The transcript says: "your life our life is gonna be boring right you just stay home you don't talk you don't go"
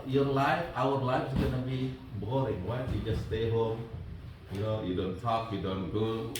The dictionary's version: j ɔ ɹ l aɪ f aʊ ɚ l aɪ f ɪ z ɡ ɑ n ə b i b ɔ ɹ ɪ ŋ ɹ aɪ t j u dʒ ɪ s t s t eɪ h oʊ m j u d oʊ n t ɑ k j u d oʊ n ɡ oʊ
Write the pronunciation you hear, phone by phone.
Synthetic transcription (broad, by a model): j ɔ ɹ l aɪ f aʊ ɚ l aɪ f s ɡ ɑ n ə b i b ɔ ɹ ɪ ŋ w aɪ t j u dʒ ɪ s s t eɪ h oʊ m j u d oʊ n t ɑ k j u d oʊ n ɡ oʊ